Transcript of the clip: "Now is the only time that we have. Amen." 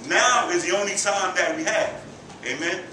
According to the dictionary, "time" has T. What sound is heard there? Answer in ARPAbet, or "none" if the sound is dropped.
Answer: S